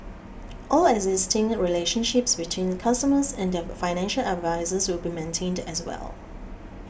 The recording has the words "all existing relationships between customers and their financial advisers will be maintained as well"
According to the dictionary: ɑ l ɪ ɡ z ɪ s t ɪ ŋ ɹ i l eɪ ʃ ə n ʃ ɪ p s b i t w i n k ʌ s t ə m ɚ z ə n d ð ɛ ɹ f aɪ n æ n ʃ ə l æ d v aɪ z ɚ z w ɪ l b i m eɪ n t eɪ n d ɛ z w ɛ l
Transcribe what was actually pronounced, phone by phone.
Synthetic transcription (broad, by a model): ɑ l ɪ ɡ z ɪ s t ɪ ŋ ɹ i l eɪ ʃ ə n ʃ ɪ p s b i t w i n k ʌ s t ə m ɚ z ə n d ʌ f aɪ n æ n ʃ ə l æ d v aɪ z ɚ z w ɪ l b i m eɪ n t eɪ n d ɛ s w ɛ l